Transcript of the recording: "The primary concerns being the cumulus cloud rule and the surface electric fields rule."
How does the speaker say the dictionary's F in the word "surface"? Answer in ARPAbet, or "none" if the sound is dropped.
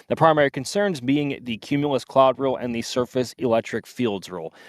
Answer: F